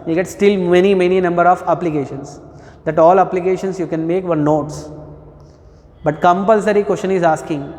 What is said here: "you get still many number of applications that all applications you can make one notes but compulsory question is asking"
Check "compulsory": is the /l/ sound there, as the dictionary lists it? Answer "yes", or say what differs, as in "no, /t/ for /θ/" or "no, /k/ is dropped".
yes